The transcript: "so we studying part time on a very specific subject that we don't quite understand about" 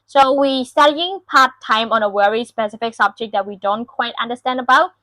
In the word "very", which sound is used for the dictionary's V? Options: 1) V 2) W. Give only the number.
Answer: 2